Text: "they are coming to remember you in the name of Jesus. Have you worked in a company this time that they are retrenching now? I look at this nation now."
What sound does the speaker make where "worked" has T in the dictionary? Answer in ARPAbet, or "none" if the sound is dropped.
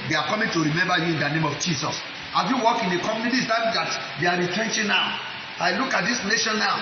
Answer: none